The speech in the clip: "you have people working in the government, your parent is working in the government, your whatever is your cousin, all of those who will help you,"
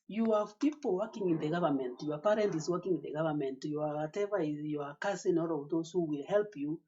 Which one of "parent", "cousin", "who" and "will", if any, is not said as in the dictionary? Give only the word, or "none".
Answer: cousin